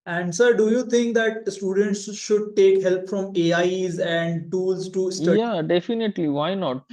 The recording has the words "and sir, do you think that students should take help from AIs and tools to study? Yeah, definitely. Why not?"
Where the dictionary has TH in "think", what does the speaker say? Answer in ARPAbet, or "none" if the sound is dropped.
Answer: T